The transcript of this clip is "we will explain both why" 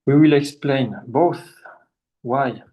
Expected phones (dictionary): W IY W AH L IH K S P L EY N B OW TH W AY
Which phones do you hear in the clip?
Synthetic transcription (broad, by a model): W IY W AH L IH K S P L EY N B OW TH W AY